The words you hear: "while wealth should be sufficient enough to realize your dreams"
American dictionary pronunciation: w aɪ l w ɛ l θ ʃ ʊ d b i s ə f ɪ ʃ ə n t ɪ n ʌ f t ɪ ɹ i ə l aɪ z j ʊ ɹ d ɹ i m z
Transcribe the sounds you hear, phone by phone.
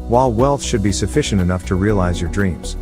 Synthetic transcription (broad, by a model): w aɪ l w ɛ l θ ʃ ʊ d b i s ə f ɪ ʃ ə n t ɪ n ʌ f t ɪ ɹ i ə l aɪ z j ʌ ɹ d ɹ i m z